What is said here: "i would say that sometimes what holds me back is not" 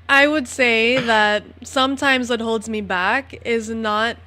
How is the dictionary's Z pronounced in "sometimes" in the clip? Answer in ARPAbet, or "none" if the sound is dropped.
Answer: Z